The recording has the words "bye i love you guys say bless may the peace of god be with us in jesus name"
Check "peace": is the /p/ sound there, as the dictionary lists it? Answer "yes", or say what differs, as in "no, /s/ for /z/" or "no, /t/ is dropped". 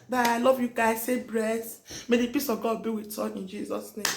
yes